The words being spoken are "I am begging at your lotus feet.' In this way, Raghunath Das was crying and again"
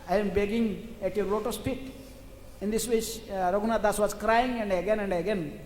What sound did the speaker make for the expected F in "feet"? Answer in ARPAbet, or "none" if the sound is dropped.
P